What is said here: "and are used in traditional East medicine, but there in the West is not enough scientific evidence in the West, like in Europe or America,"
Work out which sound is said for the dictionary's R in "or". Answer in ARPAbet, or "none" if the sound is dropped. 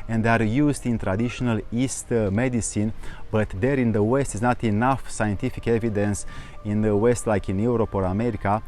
R